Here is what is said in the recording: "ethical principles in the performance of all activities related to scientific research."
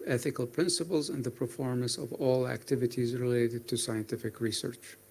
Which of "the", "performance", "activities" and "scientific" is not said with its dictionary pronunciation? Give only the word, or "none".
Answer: none